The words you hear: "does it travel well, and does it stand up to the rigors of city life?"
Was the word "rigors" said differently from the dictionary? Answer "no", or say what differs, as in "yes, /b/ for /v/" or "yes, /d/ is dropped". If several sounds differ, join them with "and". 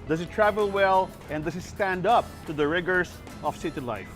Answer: yes, /s/ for /z/